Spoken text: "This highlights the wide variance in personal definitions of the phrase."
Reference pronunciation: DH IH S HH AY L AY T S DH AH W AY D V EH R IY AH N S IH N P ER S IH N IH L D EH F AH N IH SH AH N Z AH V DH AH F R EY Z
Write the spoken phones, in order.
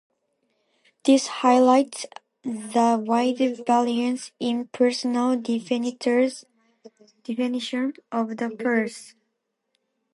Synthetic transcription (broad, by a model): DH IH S HH AY L AY T S DH AH W AY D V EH L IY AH N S IH N P ER S IH N IH L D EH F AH N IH SH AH N AH V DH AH P R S